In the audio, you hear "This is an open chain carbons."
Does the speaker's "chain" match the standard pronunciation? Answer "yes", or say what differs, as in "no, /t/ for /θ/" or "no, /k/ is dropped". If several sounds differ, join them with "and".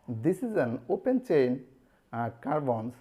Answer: yes